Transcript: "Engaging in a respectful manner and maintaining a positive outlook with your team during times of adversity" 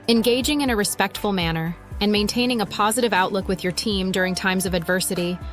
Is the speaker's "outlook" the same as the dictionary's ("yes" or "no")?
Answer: yes